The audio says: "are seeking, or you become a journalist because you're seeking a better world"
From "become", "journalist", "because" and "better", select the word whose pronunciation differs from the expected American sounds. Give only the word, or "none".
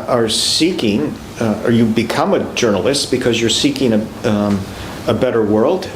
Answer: none